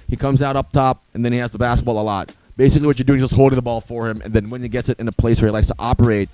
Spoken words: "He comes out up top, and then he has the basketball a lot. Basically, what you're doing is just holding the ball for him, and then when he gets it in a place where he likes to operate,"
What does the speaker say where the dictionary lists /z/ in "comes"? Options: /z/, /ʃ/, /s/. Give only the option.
/z/